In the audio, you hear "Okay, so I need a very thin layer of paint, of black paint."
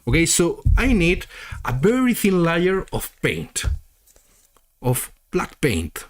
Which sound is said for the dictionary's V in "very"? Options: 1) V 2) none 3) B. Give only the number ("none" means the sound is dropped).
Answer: 3